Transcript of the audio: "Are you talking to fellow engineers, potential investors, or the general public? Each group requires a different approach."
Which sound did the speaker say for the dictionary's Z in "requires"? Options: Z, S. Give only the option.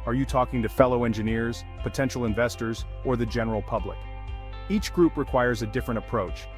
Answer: Z